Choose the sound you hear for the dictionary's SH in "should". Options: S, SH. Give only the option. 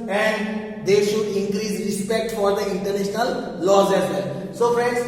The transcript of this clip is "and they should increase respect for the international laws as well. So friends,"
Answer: SH